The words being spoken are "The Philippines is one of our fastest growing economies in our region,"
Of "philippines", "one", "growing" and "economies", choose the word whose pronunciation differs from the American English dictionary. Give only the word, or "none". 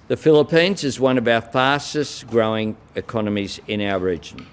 none